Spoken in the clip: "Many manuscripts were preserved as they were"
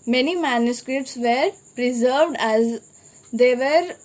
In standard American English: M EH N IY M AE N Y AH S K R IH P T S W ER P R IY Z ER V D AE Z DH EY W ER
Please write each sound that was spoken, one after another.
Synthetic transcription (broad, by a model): M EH N IY M AE N Y AH S K R IH P T S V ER P R IY Z ER V D AE Z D EY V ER